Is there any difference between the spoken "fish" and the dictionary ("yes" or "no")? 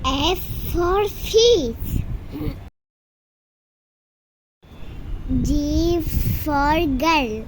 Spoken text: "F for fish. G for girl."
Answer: yes